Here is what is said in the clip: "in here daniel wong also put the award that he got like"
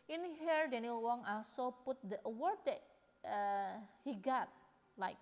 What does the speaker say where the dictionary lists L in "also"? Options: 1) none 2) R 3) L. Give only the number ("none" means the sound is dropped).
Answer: 1